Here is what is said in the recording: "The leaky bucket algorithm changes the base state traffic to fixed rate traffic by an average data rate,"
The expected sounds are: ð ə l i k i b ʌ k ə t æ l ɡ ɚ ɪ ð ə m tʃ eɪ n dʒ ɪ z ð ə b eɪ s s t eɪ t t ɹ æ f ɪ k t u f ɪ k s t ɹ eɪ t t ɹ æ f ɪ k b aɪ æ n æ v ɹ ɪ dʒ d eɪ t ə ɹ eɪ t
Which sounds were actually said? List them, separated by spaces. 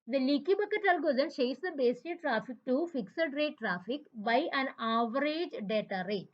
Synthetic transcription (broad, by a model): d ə l i k i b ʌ k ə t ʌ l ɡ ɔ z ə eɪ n ʃ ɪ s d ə b eɪ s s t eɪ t t ɹ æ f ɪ k t u f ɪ k s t ɹ eɪ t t ɹ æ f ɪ k b aɪ æ n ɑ v ɹ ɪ dʒ d eɪ t ə ɹ eɪ t